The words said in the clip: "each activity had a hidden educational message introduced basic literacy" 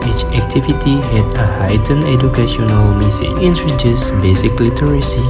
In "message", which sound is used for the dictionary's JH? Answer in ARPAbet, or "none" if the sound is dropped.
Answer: none